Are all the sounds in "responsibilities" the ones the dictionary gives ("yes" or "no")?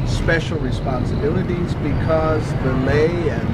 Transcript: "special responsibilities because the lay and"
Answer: yes